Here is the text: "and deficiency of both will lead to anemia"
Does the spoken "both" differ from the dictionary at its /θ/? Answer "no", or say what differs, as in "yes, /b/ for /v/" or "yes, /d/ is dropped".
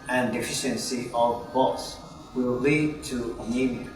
yes, /s/ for /θ/